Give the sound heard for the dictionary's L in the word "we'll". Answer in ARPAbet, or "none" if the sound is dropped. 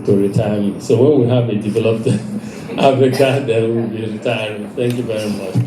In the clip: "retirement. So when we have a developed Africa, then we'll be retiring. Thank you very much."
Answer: W